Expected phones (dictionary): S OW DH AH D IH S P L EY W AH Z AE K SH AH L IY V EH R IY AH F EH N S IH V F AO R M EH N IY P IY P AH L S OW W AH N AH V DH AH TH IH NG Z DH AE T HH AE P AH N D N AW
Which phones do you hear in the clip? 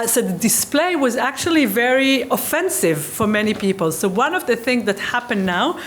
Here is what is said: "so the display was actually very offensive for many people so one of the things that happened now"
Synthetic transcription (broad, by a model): S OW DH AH D IH S P L EY W AH Z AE K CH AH L IY V EH R IY AH F EH N S IH V F AO R M EH N IY P IY P AH L S OW W AH N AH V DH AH TH IH NG Z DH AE T HH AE P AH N N AW